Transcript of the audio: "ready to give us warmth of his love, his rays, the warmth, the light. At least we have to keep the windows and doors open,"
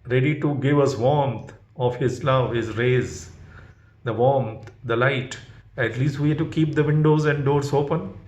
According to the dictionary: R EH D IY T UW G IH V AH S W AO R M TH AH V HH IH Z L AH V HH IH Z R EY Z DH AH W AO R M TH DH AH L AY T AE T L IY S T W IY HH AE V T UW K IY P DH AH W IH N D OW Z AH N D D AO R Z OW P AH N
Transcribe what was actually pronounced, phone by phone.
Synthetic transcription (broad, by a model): R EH D IY T UW G IH V AH S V AO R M T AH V HH IH Z L AH V HH IH Z R EY Z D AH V AO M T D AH L AY T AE T L IY S T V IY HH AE T UW K IY P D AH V IH N D OW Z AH N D D AO R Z OW P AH N